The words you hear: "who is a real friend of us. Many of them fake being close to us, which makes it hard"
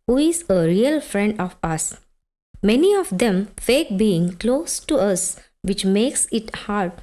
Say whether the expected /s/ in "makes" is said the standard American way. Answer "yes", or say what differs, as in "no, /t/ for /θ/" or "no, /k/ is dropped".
yes